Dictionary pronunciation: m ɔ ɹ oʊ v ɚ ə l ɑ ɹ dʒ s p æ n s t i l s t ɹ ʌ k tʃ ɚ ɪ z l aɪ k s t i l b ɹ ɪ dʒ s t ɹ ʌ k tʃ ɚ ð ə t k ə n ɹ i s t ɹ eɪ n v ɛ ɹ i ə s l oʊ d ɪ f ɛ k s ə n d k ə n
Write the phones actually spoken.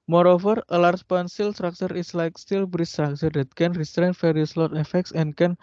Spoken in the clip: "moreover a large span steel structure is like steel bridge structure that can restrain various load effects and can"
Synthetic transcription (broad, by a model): m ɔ ɹ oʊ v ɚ ə l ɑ ɹ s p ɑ n s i l s t ɹ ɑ k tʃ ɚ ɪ s l aɪ k s t i l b ɹ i s t ɹ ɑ k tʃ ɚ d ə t k ə n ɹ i s t ɹ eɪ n f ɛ ɹ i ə s l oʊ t ɪ f ɛ k s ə n k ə n